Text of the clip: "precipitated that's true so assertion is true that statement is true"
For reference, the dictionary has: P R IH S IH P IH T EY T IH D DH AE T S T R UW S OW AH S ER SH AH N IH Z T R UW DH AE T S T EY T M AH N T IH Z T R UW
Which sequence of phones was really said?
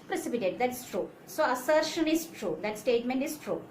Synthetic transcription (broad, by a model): P R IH S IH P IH T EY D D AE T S T R UW S OW AH S ER SH AH N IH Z T R UW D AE T S T EY T M AH N T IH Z T R UW